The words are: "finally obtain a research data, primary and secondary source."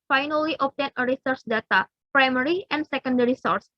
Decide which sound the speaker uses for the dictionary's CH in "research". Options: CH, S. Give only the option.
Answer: S